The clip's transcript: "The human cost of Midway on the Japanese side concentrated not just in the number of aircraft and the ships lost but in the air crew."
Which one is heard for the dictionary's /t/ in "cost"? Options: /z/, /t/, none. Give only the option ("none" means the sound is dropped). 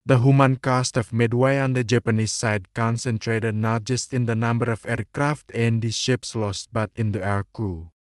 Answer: /t/